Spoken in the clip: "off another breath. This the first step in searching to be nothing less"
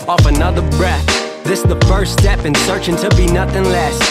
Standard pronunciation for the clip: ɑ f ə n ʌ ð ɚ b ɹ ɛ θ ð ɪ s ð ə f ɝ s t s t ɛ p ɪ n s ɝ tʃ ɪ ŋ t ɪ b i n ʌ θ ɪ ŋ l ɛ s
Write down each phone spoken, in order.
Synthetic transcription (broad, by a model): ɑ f ə n ʌ ð ɚ b ɹ ɛ θ ð ɪ s ð ə f ɝ s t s t ɛ p ɪ n s ɝ tʃ ɪ ŋ t ɪ b i n ʌ θ ɪ ŋ l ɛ s